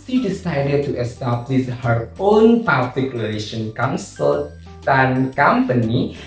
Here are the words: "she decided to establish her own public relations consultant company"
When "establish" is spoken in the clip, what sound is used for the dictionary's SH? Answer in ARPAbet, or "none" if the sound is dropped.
S